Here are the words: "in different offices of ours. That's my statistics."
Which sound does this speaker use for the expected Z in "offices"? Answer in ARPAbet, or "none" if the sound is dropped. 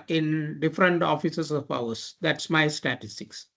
S